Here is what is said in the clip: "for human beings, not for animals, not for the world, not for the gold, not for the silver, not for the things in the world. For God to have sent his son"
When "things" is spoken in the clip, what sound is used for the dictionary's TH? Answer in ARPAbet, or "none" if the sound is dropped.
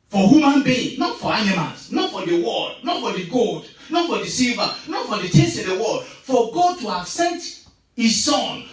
T